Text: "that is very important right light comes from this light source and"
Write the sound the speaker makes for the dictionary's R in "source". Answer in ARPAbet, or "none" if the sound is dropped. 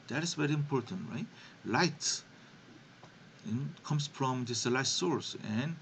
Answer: R